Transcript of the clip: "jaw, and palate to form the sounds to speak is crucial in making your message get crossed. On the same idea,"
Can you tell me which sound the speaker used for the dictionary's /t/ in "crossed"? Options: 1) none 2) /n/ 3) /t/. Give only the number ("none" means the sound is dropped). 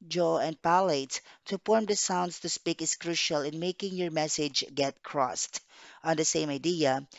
3